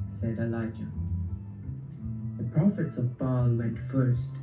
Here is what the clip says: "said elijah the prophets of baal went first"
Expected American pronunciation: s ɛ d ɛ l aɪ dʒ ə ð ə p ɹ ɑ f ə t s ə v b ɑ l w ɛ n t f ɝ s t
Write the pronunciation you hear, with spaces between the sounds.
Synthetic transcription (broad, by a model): s ɛ d ɛ l aɪ dʒ ə ð ə p ɹ ɑ f ə t s ə v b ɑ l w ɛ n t f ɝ s t